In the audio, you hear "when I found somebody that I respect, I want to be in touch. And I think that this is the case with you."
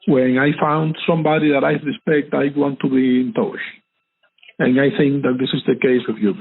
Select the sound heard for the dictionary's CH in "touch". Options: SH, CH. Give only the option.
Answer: SH